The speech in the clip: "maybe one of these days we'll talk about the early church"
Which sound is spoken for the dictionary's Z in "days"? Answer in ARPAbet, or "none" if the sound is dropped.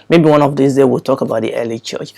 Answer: none